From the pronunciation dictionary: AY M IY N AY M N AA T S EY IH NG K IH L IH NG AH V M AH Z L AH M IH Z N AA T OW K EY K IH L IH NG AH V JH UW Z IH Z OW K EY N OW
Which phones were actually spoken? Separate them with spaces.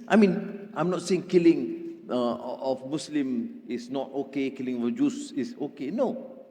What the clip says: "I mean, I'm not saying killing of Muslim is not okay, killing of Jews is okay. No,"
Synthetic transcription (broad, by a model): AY M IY N AY M N AA T S EY IH NG K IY L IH NG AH F M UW S L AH M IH S N AA T OW K EY K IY L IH NG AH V JH UW S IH S OW K EY N OW